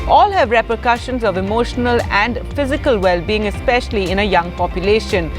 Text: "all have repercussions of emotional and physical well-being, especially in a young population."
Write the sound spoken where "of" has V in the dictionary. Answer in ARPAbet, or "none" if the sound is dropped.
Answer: V